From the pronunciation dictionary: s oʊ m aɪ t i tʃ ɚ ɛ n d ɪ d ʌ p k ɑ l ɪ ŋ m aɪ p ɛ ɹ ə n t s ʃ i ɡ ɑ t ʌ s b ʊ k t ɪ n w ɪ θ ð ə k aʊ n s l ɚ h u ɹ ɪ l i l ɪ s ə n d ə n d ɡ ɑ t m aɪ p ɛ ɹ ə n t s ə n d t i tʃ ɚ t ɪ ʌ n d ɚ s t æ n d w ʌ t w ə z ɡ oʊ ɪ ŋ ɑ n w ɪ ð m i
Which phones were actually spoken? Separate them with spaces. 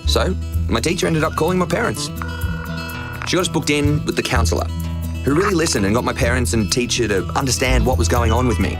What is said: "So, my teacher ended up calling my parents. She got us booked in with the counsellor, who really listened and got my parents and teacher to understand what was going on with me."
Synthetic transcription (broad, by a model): s oʊ m aɪ t i tʃ ɚ ɛ n d ɪ d ʌ p k ɑ l ɪ ŋ m aɪ p ɛ ɹ ə n t s ʃ i ɡ ɑ t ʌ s b ʊ k t ɪ n w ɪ ð ə k aʊ n s l ɚ h u ɹ ɪ l i l ɪ s ə n d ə n ɡ ɑ t m aɪ p ɛ ɹ ə n t s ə n t i tʃ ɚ t ɪ ʌ n d ɚ s t æ n d w ʌ t w ə z ɡ oʊ ɪ ŋ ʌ n w ɪ ð m i